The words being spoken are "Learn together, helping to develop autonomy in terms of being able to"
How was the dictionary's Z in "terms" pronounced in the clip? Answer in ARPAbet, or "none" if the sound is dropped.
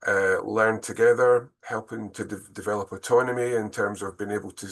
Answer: Z